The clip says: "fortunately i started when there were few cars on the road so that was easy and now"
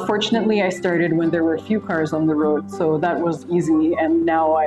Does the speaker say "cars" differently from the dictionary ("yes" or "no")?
no